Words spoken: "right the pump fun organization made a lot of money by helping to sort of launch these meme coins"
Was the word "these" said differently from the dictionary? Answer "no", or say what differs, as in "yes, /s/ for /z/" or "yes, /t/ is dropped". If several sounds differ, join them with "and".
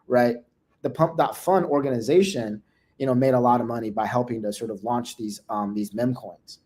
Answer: no